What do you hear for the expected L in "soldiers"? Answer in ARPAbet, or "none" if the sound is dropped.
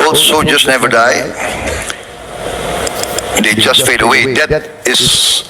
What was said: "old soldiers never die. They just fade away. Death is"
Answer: none